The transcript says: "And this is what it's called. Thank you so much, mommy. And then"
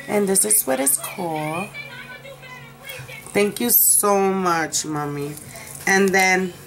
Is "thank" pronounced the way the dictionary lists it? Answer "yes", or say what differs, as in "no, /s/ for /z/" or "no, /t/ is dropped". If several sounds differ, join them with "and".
yes